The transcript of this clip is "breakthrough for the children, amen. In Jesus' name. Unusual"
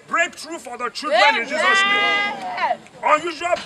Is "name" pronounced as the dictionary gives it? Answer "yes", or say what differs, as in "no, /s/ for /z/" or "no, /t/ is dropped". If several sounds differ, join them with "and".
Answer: no, /m/ is dropped